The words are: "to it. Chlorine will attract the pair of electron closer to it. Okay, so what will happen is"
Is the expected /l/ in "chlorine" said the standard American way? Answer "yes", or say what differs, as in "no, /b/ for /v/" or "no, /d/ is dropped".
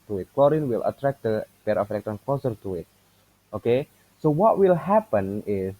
yes